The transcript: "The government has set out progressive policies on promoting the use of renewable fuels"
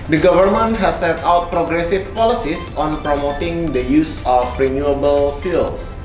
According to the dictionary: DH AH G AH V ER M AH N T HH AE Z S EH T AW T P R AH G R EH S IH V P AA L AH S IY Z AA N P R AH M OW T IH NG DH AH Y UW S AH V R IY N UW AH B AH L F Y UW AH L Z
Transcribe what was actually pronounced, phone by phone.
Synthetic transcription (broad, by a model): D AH G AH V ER M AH N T HH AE S EH T AW T P R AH G R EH S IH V P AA L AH S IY S AA N P R AH M OW T IH NG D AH Y UW S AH F R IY N UW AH B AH L F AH L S